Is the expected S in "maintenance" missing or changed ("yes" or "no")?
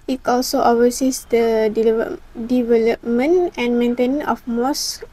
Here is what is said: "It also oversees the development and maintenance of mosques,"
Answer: yes